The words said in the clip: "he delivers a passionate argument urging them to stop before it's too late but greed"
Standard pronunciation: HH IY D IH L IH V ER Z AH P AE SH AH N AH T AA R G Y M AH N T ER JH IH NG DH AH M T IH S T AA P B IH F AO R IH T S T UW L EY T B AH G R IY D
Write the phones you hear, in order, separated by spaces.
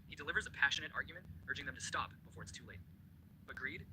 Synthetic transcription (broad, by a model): HH IY D IH L IH V ER Z AH P AE SH AH N AH T AA R G Y M AH N T ER JH IH NG DH AH M T IH S T AA P B IH F AO R IH T S T UW L EY T B AH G R IY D